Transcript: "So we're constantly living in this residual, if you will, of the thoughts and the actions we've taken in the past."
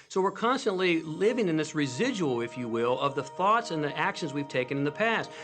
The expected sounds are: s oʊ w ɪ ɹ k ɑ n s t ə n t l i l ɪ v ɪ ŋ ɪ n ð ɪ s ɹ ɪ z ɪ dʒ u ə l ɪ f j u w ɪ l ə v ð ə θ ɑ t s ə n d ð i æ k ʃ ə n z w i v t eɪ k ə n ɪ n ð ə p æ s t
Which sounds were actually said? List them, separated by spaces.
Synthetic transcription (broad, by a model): s oʊ w ɪ ɹ k ɑ n s t ə n t l i l ɪ v ɪ ŋ ɪ n ð ɪ s ɹ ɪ z ɪ dʒ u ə l ɪ f j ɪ w ɪ l ə v ð ə θ ɑ t s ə n ð i æ k ʃ ə n z w i v t eɪ k ə n ɪ n ð ə p æ s t